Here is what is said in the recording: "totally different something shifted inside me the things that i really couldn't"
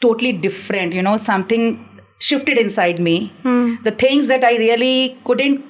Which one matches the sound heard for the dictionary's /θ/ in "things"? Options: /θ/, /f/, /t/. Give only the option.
/t/